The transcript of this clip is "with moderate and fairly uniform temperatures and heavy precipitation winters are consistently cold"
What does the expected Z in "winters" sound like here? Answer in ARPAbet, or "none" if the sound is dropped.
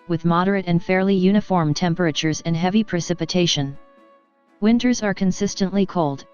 Z